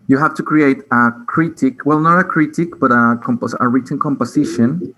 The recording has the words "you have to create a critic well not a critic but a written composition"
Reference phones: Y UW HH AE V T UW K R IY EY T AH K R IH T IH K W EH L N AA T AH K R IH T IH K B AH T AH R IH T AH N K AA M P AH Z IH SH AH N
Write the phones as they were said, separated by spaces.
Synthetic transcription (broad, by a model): Y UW HH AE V T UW K R IY EY T AH K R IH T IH K W EH L N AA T AH K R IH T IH K B AH T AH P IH S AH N K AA M P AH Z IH SH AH N